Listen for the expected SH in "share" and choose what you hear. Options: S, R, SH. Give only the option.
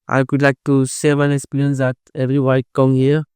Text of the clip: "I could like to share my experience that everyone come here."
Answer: S